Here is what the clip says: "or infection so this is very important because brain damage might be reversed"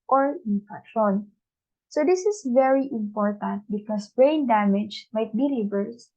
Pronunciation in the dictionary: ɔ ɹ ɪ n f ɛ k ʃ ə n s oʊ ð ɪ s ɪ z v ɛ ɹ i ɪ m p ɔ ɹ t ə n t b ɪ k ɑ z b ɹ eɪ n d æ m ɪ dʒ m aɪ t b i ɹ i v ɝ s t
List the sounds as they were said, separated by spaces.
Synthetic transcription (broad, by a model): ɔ ɹ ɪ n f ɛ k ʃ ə n s oʊ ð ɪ s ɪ s v ɛ ɹ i ɪ m p ɔ ɹ t ə n t b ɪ k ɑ s b ɹ eɪ n d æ m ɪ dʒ m aɪ t b i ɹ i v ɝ s